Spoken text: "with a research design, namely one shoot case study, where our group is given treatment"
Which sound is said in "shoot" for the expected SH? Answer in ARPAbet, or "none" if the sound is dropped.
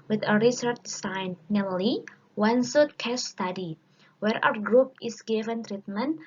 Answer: S